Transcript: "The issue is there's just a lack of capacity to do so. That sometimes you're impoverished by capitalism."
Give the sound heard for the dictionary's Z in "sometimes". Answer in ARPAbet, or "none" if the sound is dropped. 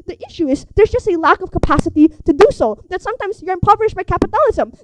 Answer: Z